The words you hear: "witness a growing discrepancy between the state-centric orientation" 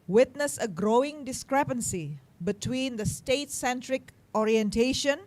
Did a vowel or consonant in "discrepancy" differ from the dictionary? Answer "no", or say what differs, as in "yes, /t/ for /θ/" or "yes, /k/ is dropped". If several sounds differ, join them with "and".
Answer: no